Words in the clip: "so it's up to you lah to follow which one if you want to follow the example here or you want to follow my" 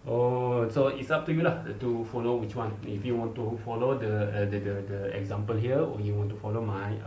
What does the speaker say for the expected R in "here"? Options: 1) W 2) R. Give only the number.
1